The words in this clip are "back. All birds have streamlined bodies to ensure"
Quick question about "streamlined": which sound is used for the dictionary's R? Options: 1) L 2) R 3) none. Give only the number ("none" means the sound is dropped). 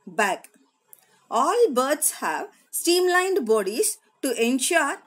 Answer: 3